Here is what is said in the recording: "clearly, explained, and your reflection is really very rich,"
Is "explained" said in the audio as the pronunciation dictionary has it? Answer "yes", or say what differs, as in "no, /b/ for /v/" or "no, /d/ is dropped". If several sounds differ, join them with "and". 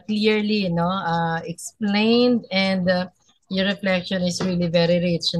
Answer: yes